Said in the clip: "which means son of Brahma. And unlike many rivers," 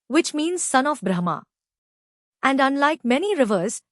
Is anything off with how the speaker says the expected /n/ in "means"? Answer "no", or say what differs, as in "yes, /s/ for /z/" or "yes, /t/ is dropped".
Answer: no